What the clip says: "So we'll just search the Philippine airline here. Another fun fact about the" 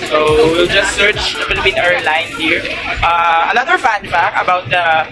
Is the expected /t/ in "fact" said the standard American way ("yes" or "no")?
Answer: no